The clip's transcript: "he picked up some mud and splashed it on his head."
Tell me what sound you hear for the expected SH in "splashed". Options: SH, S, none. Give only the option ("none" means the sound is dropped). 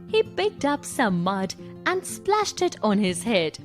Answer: SH